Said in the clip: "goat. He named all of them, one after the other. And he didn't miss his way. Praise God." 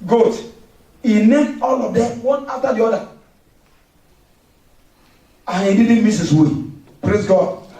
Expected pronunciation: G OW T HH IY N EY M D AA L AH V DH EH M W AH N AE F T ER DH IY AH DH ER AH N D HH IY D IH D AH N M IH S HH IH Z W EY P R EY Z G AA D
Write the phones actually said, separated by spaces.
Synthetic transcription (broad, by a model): G OW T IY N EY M AA L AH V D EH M W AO N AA F T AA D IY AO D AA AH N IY D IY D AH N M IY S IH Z W EY P R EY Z G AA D